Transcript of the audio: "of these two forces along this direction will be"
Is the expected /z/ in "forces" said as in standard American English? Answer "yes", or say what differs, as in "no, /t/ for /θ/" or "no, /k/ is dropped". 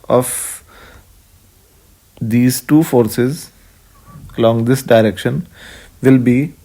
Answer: yes